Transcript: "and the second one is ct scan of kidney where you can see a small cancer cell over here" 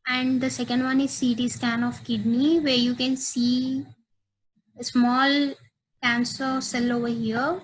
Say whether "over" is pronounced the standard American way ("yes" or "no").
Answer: yes